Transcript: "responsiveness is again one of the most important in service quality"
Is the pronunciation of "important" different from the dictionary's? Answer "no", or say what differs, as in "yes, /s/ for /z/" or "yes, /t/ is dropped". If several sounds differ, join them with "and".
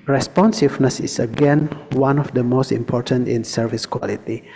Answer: no